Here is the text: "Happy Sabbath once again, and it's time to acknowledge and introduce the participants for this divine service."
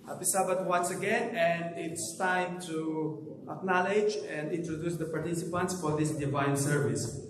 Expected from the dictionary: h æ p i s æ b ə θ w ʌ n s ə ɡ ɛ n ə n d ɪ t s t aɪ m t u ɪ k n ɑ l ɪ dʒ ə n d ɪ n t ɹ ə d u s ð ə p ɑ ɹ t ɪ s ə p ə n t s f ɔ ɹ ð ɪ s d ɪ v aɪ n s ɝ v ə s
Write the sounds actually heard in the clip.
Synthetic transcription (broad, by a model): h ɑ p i s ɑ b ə t w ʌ n s ə ɡ ɛ n ə n d ɪ t s t aɪ m t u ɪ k n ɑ l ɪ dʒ ə n d ɪ n t ɹ ə d u s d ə p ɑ ɹ t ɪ s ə p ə n t s f ɔ ɹ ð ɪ s d ɪ v aɪ n s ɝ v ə s